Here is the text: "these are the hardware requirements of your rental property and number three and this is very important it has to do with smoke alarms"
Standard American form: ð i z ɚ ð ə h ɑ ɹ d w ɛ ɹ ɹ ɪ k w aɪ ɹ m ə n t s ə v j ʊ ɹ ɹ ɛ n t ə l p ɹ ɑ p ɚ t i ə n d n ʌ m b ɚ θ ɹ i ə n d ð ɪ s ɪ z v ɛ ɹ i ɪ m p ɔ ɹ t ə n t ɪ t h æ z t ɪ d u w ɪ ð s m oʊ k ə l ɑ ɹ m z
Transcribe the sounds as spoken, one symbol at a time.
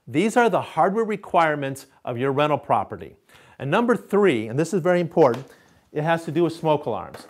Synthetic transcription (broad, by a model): ð i z ɚ ð ə h ɑ ɹ d w ɛ ɹ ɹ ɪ k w aɪ ɹ m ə n t s ə v j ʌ ɹ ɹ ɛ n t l p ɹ ɑ p ɚ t i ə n n ʌ m b ɚ θ ɹ i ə n ð ɪ s ɪ z v ɛ ɹ i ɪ m p ɔ ɹ t n t ɪ t h æ z t ɪ d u w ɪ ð s m oʊ k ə l ɑ ɹ m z